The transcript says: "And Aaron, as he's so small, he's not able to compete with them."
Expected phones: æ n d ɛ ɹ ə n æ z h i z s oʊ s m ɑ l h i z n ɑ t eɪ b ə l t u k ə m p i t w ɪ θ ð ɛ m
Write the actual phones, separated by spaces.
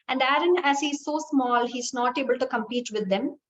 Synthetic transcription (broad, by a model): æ n d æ ɹ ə n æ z h i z s oʊ s m ɑ l h i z n ɑ t eɪ b ə l t u k ə m p i t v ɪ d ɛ m